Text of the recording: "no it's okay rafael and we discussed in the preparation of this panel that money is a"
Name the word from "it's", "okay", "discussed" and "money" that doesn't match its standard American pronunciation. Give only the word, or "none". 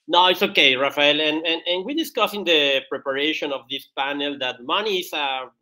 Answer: discussed